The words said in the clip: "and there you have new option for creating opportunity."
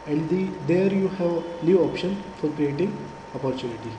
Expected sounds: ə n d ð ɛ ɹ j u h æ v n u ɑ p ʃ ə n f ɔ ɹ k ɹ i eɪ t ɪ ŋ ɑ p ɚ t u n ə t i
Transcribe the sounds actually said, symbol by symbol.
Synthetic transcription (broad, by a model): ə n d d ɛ ɹ j u h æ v l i ɑ p ʃ ə n f ɔ ɹ k ɹ i eɪ t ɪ ŋ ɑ p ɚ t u n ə t i